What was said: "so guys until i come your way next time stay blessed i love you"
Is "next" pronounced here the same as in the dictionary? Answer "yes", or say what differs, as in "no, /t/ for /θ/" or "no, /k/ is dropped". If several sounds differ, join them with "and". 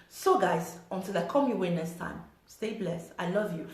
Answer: no, /k/ is dropped